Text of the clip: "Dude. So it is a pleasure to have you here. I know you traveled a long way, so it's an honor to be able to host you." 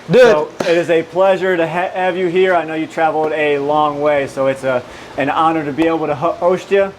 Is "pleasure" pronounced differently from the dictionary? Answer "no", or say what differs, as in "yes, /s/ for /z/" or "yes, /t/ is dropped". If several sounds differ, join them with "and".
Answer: no